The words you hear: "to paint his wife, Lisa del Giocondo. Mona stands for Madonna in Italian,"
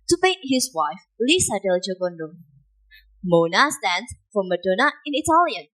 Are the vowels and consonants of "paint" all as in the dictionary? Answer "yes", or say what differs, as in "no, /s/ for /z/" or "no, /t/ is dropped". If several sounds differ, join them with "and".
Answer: no, /n/ is dropped